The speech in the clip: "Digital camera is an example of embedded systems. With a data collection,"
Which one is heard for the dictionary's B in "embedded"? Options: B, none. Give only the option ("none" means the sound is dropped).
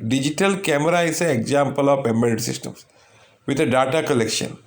none